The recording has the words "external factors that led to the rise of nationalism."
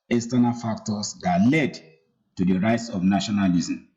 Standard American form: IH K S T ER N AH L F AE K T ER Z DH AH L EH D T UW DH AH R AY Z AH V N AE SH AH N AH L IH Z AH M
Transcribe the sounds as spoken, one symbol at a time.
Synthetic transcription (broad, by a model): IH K S T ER N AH L F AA K T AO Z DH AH L EH D T UW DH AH R AY S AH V N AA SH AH N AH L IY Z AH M